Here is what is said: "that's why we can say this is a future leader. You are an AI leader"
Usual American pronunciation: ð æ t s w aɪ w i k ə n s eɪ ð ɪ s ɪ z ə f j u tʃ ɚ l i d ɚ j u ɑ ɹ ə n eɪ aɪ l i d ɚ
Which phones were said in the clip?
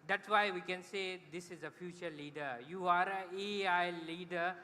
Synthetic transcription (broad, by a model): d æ t s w aɪ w i k ə n s eɪ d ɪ s ɪ z ə f j u tʃ ɚ l i d ɚ j u ɑ ɹ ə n eɪ aɪ l i d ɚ